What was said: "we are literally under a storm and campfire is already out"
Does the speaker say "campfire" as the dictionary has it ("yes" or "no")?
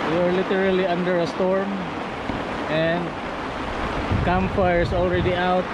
no